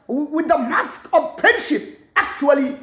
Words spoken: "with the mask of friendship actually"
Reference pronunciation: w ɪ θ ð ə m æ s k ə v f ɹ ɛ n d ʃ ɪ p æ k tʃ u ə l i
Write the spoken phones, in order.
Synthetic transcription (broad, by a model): w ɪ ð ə m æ s k ə v p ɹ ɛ n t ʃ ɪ p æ k tʃ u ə l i